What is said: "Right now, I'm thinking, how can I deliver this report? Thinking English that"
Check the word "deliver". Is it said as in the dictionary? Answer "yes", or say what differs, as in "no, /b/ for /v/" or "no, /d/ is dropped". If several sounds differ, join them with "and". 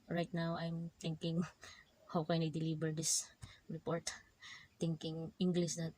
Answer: no, /b/ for /v/